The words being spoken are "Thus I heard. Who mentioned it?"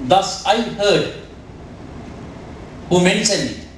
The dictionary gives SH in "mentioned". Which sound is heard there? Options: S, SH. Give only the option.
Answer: S